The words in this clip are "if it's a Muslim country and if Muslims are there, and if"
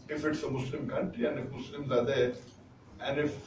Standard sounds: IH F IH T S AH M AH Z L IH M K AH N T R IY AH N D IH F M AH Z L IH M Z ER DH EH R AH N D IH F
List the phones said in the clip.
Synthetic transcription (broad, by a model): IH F IH T S AH M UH S L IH M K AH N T IY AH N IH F M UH S L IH M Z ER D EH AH N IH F